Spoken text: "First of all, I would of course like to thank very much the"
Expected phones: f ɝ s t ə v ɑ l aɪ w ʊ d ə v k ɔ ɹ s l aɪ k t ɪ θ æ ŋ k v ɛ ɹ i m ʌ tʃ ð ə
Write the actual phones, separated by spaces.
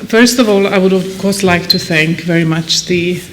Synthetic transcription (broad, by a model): f ɝ s t ə v ɑ l aɪ w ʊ d ə v k ɔ ɹ s l aɪ k t ɪ θ æ ŋ k v ɛ ɹ i m ʌ tʃ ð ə